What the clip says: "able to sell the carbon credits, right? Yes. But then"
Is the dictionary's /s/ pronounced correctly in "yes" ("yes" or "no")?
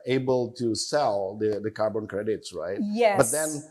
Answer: no